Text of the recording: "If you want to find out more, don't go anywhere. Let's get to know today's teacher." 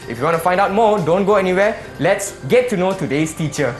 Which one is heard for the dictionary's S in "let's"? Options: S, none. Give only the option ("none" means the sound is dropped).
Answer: S